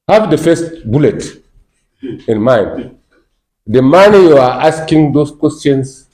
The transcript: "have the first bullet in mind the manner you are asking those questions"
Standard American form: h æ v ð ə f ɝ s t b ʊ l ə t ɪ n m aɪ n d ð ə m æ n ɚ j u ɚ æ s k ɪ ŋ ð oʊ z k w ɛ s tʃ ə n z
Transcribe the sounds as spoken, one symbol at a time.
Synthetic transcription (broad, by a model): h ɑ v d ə f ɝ s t b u l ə t ɪ n m aɪ n d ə m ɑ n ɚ j u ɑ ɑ s k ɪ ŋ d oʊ s k w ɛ s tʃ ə n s